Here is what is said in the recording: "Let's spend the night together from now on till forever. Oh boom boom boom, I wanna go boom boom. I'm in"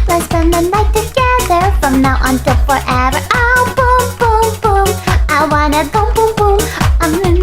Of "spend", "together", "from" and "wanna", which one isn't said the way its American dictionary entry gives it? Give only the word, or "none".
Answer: spend